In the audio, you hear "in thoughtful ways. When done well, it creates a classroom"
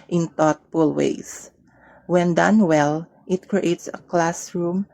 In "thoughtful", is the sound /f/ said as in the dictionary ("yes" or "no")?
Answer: no